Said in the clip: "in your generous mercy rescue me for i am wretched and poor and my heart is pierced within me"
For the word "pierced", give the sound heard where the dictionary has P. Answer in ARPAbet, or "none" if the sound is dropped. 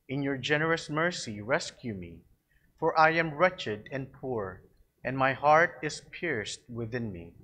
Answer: P